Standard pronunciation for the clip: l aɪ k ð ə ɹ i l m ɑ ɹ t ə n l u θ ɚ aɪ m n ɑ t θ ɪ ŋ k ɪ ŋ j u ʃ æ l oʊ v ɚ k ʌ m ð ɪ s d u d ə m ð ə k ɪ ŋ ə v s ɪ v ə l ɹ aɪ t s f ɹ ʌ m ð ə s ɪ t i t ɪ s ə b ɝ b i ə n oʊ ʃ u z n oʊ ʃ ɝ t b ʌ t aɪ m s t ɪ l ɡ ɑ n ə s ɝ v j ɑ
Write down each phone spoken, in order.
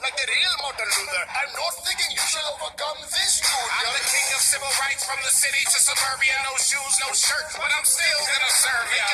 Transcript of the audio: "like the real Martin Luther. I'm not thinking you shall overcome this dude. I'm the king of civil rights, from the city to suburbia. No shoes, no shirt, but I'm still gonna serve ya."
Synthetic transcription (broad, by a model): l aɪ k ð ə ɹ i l m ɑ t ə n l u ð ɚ aɪ m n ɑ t θ ɪ ŋ k ɪ ŋ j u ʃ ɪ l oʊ ɚ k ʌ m ð ɪ s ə ð ə k ɪ ŋ ə v s ɪ v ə l ɹ aɪ t s f ɹ ʌ m ð ə s ɪ t i t ɪ s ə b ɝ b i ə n oʊ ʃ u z n oʊ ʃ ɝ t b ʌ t aɪ m s t ɪ l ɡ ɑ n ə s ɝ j